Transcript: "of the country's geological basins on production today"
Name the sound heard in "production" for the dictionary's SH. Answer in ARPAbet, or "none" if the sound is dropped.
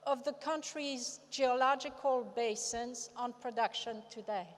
SH